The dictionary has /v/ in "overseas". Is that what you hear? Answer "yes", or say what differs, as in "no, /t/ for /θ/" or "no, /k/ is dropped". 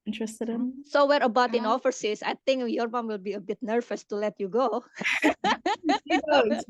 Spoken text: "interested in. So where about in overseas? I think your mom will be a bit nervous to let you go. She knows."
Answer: no, /f/ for /v/